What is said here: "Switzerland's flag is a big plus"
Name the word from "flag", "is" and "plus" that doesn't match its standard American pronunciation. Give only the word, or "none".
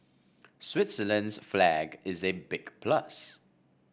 none